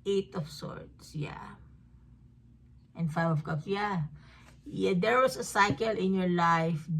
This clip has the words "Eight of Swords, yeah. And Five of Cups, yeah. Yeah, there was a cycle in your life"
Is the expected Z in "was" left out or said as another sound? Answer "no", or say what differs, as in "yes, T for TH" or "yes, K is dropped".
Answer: yes, S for Z